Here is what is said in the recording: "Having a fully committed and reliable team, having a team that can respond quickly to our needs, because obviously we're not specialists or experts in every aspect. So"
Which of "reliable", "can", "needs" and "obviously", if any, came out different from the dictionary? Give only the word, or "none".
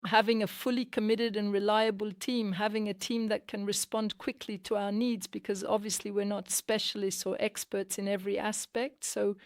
none